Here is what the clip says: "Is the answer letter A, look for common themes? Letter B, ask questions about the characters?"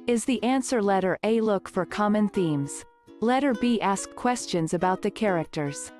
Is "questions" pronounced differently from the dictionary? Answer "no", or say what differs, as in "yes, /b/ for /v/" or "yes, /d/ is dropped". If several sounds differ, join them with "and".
no